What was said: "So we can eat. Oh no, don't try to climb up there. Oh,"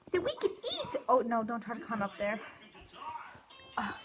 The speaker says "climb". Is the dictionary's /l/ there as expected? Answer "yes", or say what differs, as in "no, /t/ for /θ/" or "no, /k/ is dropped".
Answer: no, /l/ is dropped